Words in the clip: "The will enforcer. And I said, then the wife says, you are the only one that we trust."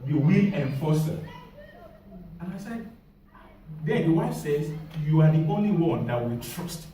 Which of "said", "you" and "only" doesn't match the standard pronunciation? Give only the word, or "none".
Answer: none